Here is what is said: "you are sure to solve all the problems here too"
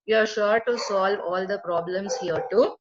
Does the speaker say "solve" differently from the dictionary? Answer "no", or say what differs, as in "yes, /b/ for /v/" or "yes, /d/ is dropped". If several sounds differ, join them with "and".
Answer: no